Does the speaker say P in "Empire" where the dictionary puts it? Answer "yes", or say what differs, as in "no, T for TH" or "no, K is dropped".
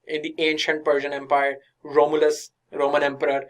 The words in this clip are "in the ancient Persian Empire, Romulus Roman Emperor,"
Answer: yes